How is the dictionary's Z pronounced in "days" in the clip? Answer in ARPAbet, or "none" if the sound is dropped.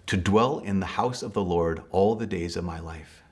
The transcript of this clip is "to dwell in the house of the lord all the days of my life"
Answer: Z